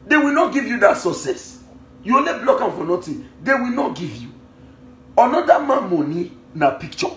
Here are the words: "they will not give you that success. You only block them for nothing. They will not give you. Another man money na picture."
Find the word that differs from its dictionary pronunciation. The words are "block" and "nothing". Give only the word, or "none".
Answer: nothing